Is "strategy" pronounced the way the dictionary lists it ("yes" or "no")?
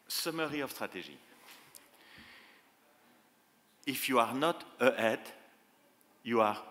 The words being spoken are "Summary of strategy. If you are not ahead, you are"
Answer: no